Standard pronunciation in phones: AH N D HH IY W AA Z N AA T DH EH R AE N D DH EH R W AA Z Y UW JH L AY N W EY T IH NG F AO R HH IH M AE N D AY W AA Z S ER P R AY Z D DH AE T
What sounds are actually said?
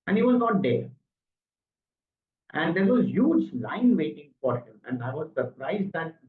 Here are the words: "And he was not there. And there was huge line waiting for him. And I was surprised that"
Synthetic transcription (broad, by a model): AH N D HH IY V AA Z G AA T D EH R AE N D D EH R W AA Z Y UW JH L AY N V EY T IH NG F AO R HH IH M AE N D AY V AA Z S ER P R AY Z D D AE T